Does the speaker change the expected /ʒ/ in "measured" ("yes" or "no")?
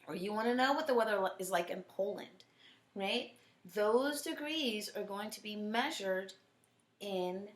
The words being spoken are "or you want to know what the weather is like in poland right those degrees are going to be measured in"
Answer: no